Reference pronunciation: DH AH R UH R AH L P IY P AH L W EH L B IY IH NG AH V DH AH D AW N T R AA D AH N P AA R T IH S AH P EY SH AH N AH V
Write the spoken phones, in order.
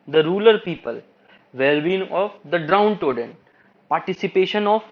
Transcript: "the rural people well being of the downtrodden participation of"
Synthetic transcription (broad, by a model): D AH R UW L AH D P IY P AH L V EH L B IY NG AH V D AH D AW N T AO D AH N P AA R T IH S AH P EY SH AH N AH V